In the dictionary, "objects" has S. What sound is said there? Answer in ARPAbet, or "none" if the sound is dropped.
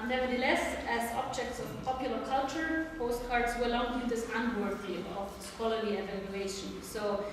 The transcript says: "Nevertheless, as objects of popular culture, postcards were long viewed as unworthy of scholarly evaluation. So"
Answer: S